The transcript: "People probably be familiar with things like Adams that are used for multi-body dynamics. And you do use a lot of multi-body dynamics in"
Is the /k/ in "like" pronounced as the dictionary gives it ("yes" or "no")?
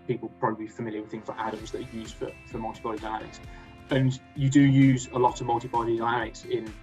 no